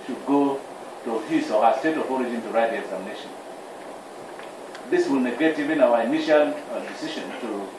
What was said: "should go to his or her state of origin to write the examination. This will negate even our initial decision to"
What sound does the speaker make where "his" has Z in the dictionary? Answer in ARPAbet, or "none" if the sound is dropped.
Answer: S